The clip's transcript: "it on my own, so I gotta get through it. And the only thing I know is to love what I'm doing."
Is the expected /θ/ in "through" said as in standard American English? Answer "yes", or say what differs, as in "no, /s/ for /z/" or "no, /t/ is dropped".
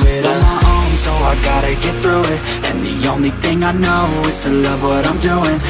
yes